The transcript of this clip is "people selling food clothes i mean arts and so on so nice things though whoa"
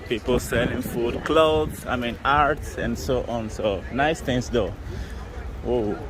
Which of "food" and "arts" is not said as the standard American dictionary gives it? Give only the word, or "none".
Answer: none